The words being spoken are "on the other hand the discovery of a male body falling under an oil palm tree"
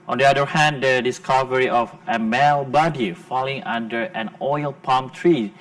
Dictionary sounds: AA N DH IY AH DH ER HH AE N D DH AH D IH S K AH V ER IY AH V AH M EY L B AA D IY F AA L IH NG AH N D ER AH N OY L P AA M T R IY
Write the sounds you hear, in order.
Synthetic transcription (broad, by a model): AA N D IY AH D ER HH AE N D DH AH D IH S K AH V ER IY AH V AH M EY L B AA D IY F AA L IH NG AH N D ER AH N OY L P AA M T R IY